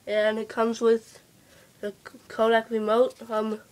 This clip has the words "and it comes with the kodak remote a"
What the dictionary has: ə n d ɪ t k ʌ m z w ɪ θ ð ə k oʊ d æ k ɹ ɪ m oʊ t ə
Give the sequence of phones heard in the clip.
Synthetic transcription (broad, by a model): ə n ɪ t k ʌ m z w ɪ ð ə k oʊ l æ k ɹ ɪ m oʊ t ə